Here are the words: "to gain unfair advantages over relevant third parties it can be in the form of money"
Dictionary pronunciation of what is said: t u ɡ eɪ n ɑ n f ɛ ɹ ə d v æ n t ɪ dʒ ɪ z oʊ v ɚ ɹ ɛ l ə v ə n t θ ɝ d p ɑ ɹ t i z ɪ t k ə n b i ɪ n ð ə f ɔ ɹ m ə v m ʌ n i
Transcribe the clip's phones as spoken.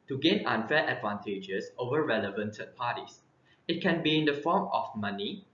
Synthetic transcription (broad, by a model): t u ɡ eɪ n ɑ n f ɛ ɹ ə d v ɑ n t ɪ dʒ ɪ s oʊ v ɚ ɹ ɛ l ə v ə n t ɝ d p ɑ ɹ t i s ɪ t k ə n b i ɪ n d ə f ɔ m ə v m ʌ n i